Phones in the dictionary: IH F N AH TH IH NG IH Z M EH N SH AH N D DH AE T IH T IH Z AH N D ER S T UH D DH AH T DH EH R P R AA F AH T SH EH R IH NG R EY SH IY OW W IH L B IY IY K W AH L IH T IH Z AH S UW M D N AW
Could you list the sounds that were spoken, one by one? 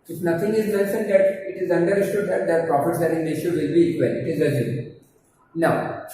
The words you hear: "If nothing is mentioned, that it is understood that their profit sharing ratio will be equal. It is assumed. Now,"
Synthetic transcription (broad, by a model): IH F N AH T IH NG IH Z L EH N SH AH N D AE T IH T IH Z AH N D ER S T UH D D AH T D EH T P R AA P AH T S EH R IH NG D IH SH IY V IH L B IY IY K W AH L IH T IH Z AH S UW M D N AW